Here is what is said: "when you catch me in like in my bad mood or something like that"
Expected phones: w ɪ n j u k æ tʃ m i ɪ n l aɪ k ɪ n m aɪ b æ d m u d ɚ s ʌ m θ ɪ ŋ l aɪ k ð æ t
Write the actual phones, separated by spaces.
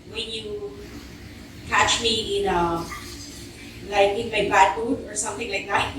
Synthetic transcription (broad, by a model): w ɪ n j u k æ tʃ m i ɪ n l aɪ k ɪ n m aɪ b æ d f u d ɚ s ʌ m θ ɪ ŋ l aɪ k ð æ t